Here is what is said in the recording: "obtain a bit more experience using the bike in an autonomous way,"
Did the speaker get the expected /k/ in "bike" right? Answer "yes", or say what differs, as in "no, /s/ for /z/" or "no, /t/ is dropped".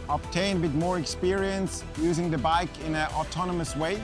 yes